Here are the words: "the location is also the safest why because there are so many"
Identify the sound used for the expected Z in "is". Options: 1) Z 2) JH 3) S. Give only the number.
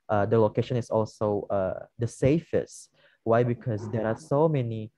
3